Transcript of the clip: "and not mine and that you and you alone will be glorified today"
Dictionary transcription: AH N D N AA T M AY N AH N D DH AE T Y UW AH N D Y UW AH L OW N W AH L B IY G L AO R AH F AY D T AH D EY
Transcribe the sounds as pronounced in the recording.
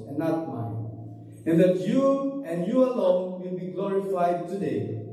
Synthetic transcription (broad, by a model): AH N N AA T M AY N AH N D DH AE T Y UW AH N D Y UW AH L OW N W AH L B IY G L AO R AH F AY D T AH D EY